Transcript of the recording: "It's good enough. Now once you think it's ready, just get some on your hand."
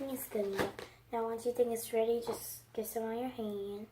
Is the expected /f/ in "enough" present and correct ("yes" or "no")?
no